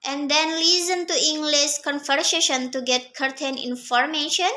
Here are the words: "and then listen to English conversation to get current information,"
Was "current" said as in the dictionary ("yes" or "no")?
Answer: no